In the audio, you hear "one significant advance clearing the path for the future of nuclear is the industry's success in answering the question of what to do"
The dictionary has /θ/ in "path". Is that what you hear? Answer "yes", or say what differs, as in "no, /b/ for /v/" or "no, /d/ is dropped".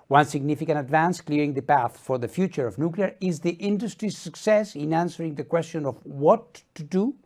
yes